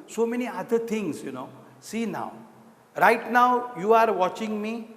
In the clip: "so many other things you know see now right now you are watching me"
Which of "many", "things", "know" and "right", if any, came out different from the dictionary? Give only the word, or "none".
things